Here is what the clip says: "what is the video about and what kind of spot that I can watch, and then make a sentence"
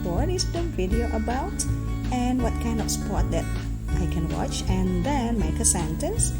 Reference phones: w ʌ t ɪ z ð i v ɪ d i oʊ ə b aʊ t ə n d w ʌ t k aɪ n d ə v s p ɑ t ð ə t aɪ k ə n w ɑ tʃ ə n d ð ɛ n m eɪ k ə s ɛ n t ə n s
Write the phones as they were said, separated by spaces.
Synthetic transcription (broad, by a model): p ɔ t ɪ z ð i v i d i oʊ ə b aʊ t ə n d w ʌ t k aɪ n d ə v s p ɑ t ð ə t aɪ k ə n w ɑ tʃ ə n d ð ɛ n m eɪ k ə s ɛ n t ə n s